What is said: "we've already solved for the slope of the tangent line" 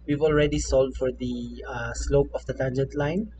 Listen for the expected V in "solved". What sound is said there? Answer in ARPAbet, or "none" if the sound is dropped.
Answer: none